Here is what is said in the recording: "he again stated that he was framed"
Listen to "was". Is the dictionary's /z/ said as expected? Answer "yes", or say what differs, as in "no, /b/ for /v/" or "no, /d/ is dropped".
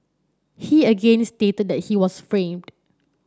no, /s/ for /z/